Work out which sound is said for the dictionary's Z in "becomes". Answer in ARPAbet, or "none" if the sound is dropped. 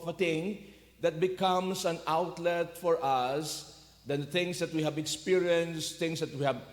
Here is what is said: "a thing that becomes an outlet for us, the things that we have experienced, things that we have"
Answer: S